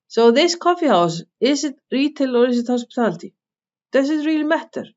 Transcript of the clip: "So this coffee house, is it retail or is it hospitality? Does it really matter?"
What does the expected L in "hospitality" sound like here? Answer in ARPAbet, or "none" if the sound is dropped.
N